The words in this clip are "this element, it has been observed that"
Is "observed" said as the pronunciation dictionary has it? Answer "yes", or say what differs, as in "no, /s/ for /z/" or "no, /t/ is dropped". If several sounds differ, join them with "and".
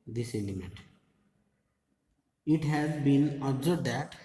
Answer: no, /v/ is dropped